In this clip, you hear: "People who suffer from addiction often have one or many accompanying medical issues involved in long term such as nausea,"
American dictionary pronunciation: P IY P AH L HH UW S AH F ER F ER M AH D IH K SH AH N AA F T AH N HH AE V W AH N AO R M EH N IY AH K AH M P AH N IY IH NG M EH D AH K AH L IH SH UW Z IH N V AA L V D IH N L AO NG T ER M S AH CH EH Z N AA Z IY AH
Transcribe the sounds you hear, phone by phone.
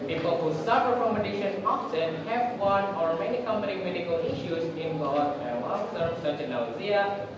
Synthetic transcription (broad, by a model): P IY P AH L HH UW S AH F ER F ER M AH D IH SH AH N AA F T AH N HH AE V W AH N AO R M EH N IY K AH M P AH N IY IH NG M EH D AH K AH L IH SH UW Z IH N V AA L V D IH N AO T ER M S AH CH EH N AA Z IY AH